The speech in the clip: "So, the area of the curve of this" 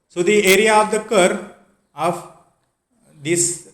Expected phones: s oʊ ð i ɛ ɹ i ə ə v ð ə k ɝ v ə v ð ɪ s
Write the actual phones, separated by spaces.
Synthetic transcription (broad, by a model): s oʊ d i ɛ ɹ i ə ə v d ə k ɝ ə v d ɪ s